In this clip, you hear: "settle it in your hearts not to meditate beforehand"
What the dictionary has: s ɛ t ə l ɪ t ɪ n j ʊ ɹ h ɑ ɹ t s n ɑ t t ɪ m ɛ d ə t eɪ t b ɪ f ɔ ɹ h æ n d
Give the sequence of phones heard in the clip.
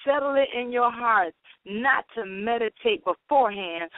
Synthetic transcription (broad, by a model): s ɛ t l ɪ t ɪ n j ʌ ɹ h ɑ ɹ t n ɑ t t ɪ m ɛ d ə t eɪ t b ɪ f ɔ ɹ h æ n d